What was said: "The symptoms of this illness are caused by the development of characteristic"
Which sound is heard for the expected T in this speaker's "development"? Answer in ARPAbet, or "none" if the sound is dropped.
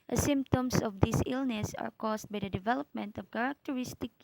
T